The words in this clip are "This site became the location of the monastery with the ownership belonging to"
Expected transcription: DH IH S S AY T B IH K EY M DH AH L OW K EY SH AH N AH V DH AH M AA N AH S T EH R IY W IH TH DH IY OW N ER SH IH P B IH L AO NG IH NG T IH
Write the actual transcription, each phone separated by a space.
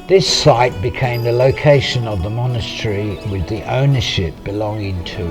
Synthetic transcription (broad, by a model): DH IH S S AY T B IH K EY M DH AH L OW K EY SH AH N AH V DH AH M AA N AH S T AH R IY W IH DH IY OW N ER SH IH P B IH L AO NG IH NG T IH